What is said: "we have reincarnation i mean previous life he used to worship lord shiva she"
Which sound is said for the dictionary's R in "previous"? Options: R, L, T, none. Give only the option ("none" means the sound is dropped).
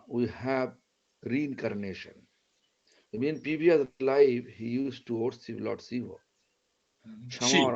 none